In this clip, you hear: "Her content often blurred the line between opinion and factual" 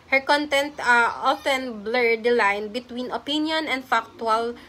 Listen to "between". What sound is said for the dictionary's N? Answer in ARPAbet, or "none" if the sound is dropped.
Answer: N